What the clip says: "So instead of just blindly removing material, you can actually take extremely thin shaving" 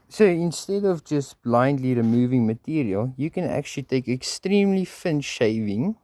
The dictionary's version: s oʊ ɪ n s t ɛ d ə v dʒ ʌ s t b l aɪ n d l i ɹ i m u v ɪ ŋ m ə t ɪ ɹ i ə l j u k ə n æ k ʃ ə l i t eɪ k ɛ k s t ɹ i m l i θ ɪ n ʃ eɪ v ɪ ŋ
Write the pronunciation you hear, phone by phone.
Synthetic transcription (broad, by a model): s oʊ ɪ n s t ɛ d ə v dʒ ʌ s t b l aɪ n d l i ɹ i m u v ɪ ŋ m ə t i ɹ i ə l j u k ə n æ k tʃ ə l i t eɪ k ɛ k s t ɹ i m l i f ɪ n ʃ eɪ v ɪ ŋ